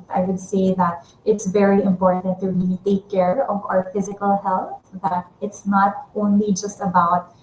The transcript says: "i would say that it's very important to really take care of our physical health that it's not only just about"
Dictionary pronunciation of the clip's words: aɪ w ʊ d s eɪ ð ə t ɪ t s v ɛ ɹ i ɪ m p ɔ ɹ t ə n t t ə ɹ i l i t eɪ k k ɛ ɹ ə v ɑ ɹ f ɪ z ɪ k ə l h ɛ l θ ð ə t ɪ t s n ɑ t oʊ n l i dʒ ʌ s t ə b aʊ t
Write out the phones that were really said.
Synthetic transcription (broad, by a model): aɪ w ʊ d s eɪ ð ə t ɪ t s v ɛ ɹ i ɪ m p ɔ ɹ t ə n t t ə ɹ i i t eɪ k k ɛ ɹ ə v ɑ ɹ f ɪ z ɪ k ə l h ɛ l θ ð ə t ɪ t s n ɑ t oʊ n l i dʒ ʌ s t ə b aʊ t